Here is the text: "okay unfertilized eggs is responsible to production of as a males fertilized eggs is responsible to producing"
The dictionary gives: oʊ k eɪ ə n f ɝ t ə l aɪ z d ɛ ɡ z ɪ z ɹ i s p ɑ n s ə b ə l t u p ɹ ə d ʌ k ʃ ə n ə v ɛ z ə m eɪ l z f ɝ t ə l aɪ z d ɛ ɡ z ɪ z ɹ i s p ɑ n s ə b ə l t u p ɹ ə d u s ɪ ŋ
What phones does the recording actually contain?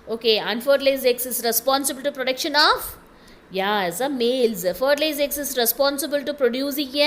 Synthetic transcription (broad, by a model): oʊ k eɪ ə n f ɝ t l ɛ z ɛ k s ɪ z ɹ i s p ɑ n s ə b ə l t u p ɹ ə d ʌ k ʃ ə n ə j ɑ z ə m eɪ l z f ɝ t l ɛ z ɛ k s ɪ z ɹ i s p ɑ n s ə b ə l t u p ɹ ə d u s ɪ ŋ